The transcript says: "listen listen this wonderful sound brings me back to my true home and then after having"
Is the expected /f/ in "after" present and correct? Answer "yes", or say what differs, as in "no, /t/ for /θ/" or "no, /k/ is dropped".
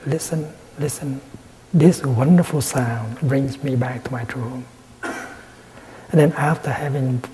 yes